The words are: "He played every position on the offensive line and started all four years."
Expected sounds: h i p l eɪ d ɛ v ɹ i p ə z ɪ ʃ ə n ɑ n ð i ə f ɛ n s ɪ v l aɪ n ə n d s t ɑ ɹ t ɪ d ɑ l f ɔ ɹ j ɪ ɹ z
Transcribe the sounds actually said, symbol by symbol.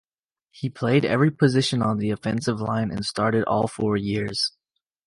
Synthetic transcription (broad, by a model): h i p l eɪ d ɛ v ɹ i p ə z ɪ ʃ ə n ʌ n ð i ə f ɛ n s ɪ v l aɪ n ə n s t ɑ ɹ t ɪ d ɑ l f ɔ ɹ j ɪ ɹ z